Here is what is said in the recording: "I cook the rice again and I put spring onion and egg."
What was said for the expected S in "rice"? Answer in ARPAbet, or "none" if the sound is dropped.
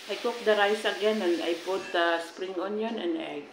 S